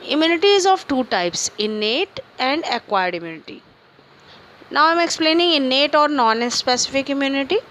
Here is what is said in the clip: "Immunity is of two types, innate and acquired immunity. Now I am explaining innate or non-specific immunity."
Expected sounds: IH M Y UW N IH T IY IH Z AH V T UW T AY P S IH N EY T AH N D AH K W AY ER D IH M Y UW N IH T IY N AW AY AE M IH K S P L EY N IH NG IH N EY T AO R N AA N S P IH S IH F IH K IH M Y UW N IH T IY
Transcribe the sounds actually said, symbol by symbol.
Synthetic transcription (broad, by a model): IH M Y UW N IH T IY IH Z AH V T UW T AY P S IH N EY T AH N D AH K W AY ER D IH M Y UW N IH T IY N AW AY M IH K S P L EY N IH NG IH N EY T AO R N AA N S P IH S IH F IH K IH M Y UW N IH T IY